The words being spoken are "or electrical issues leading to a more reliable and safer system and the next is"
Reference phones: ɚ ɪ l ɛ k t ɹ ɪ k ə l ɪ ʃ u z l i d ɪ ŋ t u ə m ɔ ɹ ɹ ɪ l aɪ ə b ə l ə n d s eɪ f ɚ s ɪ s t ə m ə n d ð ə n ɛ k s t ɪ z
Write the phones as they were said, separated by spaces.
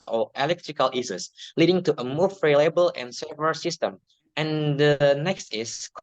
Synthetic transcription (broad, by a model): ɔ ɪ l ɛ k t ɹ ɪ k ə l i s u s l i d ɪ ŋ t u ə m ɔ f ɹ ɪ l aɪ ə b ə l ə n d s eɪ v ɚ s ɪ s t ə m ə n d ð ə n ɛ k s t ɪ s